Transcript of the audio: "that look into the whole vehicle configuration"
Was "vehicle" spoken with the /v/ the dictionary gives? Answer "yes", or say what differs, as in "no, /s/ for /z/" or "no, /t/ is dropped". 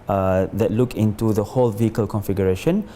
yes